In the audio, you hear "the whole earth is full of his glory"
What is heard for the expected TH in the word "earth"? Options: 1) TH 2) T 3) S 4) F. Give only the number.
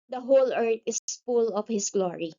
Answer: 2